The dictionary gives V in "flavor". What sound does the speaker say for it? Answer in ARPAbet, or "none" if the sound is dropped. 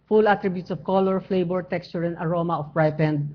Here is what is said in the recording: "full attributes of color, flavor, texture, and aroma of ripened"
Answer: B